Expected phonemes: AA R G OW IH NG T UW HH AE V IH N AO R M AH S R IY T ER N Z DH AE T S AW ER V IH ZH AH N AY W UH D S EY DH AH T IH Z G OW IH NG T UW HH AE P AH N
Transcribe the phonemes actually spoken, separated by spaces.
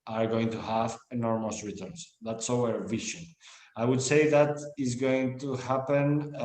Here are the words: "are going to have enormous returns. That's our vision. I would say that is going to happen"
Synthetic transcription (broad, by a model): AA R G OW IH NG T UW HH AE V IH N AO R M AH S R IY T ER N S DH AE T S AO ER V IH SH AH N AY W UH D S EY DH AH T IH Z G OW IH NG T UW HH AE P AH N